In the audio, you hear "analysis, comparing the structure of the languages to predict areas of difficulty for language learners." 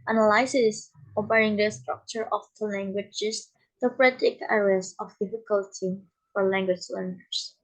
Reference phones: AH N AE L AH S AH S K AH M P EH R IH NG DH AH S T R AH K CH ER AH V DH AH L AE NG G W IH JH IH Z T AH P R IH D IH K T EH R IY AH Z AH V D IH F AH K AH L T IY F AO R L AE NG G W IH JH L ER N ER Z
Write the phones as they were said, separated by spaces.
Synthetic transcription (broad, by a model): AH N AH L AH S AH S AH P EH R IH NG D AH S T R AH K CH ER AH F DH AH L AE NG G W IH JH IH S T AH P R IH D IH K EH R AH S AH F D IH F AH K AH L T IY F AO R L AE NG G W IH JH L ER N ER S